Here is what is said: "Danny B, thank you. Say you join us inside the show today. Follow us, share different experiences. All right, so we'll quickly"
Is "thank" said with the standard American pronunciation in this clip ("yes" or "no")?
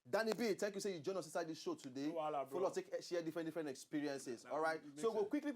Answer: no